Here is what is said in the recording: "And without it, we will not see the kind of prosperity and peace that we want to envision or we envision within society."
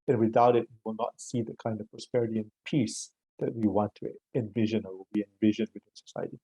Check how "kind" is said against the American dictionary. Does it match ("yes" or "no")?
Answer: yes